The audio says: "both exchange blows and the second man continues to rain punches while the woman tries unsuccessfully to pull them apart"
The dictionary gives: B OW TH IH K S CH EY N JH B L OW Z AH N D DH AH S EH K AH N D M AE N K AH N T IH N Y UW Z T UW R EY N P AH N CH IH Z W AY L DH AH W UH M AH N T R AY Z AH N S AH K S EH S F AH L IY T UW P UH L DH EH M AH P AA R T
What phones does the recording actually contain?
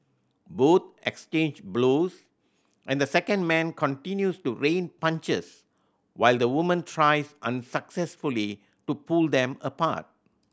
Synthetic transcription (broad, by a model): B OW T IH K S CH EY N JH B L OW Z AH N D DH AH S EH K AH N D M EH N K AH N T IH N Y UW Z T UW R EY N P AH N CH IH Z W AY L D AH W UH M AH N T R AY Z AH N S AH K S EH S F AH L IY T UW P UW L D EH M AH P AA T